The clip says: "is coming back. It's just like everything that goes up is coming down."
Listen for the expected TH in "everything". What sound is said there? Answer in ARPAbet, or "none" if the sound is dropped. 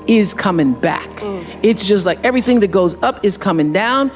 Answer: TH